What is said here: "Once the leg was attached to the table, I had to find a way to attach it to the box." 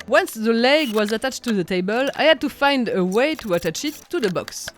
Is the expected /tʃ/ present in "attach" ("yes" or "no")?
yes